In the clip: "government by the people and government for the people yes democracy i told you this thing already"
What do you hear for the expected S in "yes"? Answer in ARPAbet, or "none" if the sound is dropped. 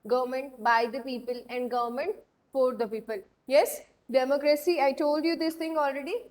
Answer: S